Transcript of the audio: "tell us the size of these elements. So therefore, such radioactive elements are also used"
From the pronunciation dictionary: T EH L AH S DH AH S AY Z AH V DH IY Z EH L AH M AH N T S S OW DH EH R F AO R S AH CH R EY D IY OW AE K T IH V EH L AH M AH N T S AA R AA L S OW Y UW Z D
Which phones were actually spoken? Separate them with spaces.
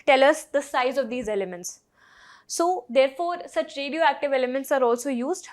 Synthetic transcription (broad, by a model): T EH L AH S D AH S AY Z AH V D IY Z EH L AH M AH N T S S OW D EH R F AO R S AH CH R EY D IY OW AE K T IH V EH L AH M AH N T S AA R AA L S OW Y UW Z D